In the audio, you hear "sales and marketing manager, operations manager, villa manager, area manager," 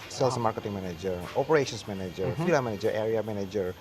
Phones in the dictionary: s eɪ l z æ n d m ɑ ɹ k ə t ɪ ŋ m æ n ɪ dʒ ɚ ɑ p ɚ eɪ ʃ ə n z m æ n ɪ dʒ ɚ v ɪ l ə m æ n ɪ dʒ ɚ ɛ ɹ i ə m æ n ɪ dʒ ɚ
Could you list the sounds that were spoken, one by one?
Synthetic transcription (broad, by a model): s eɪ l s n m ɑ ɹ k ə t ɪ ŋ m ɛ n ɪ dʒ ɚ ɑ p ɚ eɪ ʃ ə n s m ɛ n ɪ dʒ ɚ f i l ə m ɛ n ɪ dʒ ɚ ɛ ɹ i ə m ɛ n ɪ dʒ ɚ